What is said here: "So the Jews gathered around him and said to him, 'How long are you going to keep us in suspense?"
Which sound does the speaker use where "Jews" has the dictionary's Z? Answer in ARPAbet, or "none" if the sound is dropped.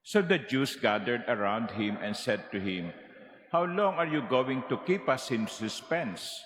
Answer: S